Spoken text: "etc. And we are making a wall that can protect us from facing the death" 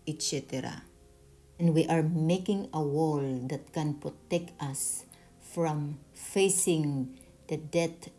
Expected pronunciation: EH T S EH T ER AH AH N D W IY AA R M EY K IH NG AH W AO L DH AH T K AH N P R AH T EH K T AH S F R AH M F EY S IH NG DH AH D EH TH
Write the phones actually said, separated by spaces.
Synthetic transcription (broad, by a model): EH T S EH T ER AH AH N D W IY AA R M EY K IH NG AH W AO L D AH T K AH N P R AH T EH K T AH S F R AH M F EY S IH NG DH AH D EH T